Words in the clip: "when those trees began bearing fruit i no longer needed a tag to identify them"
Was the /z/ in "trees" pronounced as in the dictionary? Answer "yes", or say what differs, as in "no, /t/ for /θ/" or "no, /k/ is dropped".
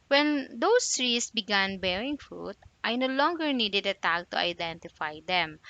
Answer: no, /s/ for /z/